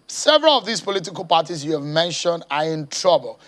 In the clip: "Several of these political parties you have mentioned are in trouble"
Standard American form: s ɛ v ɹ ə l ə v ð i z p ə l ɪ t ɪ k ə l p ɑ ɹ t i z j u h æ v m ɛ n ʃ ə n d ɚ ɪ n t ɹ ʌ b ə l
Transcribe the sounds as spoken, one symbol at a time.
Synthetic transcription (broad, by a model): s ɛ v ɹ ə l ə v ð i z p ə l ɪ t ɪ k ə l p ɑ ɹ t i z j u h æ v m ɛ n ʃ ə n d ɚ ɪ n t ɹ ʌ b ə l